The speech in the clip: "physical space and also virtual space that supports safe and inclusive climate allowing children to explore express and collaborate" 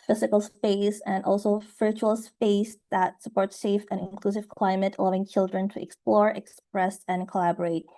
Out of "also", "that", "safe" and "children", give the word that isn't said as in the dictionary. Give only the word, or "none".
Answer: none